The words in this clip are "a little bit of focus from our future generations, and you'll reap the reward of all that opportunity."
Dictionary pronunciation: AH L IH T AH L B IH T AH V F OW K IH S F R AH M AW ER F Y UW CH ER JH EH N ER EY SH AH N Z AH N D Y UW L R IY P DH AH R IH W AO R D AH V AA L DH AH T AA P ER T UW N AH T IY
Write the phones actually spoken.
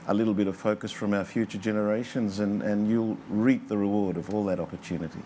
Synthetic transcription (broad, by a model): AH L IH T L B IH T AH V F OW K IH S F R AH M AW ER F Y UW CH ER JH EH N ER EY SH AH N Z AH N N Y UW L R IY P DH AH R IH W AO R D AH V AA L DH AH T AA P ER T UW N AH T IY